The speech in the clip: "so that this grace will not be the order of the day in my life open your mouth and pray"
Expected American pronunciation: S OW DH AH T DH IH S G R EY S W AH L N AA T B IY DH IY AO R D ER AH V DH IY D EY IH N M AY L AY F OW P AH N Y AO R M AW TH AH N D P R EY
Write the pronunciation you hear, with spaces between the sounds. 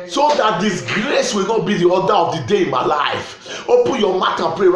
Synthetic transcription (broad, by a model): S OW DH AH T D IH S G R EY S W AH L N AA T B IY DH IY AO D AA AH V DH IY D EY IH N M AY L AY F OW P AH N Y AO M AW T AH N P R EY